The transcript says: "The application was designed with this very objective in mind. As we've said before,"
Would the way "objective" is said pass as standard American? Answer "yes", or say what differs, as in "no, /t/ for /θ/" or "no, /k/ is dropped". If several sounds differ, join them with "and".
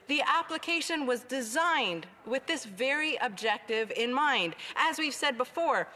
yes